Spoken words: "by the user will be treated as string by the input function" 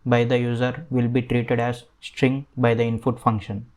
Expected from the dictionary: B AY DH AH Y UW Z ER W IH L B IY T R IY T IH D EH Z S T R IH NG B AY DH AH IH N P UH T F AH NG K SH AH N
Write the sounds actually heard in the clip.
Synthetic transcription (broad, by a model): B AY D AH Y UW Z ER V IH L B IY T R IY T IH D EH Z S T R IH NG B AY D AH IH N F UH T F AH NG K SH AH N